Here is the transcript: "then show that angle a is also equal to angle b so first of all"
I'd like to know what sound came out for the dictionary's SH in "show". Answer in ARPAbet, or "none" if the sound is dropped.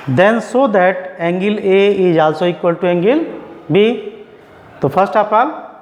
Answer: S